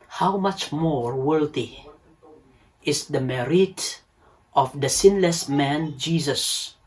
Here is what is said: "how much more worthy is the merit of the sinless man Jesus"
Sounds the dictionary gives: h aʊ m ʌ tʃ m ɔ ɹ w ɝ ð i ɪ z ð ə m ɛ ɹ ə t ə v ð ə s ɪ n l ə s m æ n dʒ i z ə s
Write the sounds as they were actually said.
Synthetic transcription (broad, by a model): h aʊ m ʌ tʃ m ɔ ɹ w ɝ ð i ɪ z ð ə m ɛ ɹ ə t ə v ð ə s ɪ n l ə s m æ n dʒ i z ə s